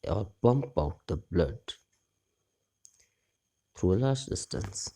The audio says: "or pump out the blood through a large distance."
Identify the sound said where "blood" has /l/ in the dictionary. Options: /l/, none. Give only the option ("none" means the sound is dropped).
/l/